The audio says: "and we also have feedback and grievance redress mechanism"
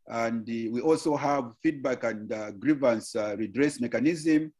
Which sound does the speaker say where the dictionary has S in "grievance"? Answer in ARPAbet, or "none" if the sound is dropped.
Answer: S